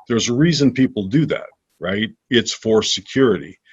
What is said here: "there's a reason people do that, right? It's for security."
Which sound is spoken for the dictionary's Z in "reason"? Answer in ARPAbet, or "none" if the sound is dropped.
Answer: Z